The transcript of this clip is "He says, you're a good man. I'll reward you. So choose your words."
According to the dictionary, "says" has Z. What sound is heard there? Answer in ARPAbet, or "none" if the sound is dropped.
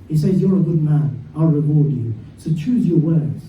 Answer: Z